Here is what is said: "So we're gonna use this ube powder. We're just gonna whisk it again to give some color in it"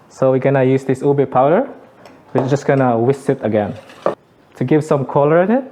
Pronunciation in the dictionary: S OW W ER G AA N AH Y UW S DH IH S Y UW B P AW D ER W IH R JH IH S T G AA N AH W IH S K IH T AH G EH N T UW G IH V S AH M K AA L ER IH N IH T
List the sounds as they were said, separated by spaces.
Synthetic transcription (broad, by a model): S OW W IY G AA N AH Y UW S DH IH S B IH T P AW D ER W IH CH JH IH S G AA N AH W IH S IH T AH G EH N T UW G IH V S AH M K AA L ER IH N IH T